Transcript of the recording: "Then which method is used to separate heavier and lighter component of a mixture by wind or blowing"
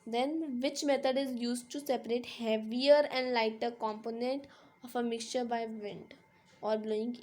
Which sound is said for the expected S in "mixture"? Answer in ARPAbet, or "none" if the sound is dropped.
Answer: S